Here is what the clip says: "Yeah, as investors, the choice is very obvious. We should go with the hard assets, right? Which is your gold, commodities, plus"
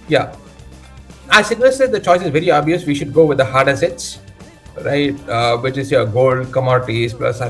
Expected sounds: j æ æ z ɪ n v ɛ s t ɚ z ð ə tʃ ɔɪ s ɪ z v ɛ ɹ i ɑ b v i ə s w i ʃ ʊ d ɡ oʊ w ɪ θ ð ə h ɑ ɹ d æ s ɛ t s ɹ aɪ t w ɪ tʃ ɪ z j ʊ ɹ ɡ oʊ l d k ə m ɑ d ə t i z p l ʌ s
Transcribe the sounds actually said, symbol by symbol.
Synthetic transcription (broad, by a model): j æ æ s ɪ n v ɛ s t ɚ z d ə tʃ ɔɪ s ɪ z v ɛ ɹ i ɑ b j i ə s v i ʃ ʊ d ɡ oʊ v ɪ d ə h ɑ ɹ d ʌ s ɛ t s ɹ aɪ t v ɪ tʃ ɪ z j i ɡ oʊ l d k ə m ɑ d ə t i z p l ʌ s